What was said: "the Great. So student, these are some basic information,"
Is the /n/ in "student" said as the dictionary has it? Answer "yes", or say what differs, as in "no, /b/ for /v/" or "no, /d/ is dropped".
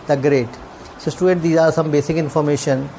no, /n/ is dropped